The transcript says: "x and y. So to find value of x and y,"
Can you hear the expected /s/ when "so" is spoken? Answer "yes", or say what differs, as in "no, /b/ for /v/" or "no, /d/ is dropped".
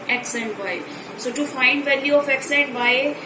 yes